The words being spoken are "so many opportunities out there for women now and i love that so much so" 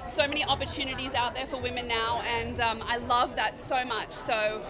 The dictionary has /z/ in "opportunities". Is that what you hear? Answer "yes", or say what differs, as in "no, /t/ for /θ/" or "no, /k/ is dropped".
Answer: yes